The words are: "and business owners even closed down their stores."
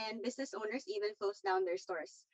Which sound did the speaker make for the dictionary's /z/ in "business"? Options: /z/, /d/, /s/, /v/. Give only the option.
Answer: /s/